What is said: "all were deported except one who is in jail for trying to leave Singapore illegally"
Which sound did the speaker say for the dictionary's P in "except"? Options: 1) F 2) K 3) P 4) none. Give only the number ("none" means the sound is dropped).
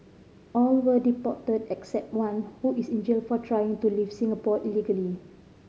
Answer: 3